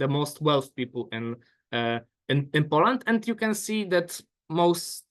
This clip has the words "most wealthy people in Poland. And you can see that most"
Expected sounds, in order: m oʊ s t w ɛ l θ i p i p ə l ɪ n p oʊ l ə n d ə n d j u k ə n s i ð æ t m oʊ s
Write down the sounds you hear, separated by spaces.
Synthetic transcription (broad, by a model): m oʊ s t w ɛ l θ i p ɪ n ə n ɪ n p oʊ l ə n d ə n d j u k ə n s i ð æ t m oʊ s